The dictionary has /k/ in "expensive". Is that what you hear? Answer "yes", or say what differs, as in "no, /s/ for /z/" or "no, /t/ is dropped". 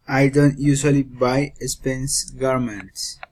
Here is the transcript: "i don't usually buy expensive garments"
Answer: no, /k/ is dropped